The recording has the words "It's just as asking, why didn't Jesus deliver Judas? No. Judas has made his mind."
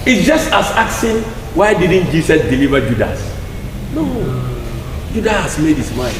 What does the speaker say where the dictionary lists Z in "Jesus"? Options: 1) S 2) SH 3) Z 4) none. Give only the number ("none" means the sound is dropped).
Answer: 1